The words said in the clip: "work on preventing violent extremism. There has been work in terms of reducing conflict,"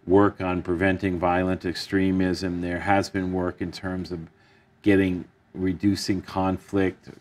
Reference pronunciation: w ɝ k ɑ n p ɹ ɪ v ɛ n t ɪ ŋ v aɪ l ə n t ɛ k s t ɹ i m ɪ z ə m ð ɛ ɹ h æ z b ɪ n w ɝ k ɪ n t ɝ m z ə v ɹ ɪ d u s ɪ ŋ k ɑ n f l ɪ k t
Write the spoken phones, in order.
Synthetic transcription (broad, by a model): w ɝ k n p ɹ ɪ v ɛ n t ɪ ŋ v aɪ l ə n t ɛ k s t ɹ i m ɪ z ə m ð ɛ ɹ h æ z b ɪ n w ɝ k ɪ n t ɝ m z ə v ɹ ɪ d u s ɪ ŋ k ɑ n f l ɪ k t